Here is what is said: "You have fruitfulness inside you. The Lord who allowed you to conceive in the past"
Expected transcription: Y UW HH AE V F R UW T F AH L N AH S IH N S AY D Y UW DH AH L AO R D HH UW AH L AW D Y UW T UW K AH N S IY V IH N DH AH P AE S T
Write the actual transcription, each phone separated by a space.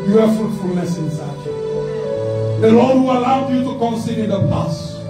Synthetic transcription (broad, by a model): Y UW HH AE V F R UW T F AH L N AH S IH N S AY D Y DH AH N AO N HH UW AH L AW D Y UW T UW K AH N S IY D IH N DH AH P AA S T